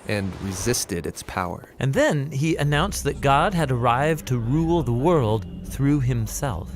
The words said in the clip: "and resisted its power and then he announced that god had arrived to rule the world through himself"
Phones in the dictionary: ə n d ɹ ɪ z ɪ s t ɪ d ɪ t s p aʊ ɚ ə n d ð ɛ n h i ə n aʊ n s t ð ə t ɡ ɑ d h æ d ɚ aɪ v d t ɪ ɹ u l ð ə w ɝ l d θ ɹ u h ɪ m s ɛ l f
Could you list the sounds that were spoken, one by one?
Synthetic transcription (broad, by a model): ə n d ɹ ɪ z ɪ s t ɪ d ɪ t s p aʊ ɚ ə n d ð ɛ n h i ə n aʊ n s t ð ə t ɡ ɑ d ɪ d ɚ aɪ v t ɪ ɹ u l ð ə w ɝ l d θ ɹ u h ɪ m s ɛ l f